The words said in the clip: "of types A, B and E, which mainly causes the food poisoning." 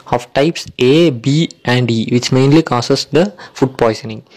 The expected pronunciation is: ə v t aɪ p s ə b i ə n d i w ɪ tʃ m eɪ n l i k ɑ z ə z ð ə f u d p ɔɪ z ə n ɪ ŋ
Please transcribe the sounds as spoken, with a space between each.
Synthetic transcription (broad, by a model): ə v t aɪ p s ə b i ə n d i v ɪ tʃ m eɪ n l i k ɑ s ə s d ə f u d p ɔɪ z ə n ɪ ŋ